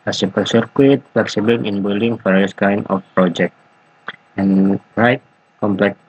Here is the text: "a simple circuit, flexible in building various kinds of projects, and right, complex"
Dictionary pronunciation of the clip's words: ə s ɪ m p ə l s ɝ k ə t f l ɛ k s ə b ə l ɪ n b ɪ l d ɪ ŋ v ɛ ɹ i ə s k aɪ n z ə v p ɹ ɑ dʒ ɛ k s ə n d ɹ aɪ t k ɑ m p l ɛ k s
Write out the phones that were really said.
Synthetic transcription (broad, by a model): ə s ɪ p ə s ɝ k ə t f l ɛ k s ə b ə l ɪ n b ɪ l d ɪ ŋ f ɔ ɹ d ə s k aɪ n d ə f p ɹ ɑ dʒ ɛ k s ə n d ɹ aɪ t k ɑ m p l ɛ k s